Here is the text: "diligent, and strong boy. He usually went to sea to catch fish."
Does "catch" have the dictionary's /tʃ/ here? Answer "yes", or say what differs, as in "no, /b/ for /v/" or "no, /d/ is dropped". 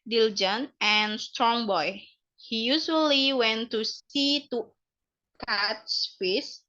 no, /s/ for /tʃ/